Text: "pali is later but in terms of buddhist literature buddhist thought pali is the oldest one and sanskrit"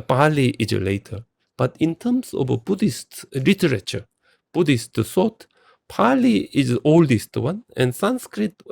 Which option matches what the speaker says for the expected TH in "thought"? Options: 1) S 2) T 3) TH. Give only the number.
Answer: 1